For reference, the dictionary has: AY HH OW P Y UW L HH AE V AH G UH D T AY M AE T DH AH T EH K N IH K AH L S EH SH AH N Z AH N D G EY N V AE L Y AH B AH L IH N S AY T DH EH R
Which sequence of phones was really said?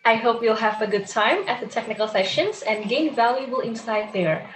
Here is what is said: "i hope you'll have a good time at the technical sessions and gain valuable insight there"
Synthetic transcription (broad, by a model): AY HH OW P Y UW L HH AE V AH G UH D T AY M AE T DH AH T EH K N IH K L S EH SH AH N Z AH N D G EY N V AE L Y AH B AH L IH N S AY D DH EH R